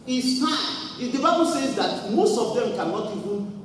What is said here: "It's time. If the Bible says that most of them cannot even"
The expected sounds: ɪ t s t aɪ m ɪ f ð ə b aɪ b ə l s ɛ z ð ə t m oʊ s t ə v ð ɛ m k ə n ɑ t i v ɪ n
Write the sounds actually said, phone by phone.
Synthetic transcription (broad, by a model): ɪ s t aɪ ɪ f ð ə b aɪ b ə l s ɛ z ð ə t m oʊ s t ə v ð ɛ m k ə n ɑ t i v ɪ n